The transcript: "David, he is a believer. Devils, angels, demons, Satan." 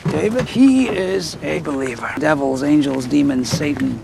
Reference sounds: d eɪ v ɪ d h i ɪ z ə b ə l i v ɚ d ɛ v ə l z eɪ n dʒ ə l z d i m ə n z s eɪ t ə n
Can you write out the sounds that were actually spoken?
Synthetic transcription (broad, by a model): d eɪ v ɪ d h i ɪ z ə b ə l i v ɚ d ɛ v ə l z eɪ n dʒ ə l z d i m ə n s eɪ t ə n